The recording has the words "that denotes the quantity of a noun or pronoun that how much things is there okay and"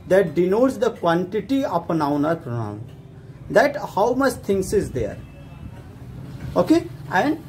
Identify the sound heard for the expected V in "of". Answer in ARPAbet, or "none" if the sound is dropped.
P